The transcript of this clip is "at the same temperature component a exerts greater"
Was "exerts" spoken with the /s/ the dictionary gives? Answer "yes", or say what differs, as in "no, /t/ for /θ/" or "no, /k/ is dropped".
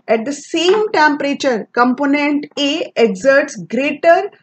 yes